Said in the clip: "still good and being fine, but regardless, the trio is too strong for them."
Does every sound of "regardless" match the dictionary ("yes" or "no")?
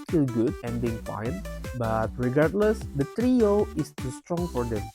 yes